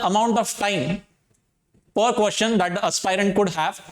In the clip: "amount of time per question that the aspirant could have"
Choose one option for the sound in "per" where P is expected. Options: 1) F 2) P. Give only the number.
2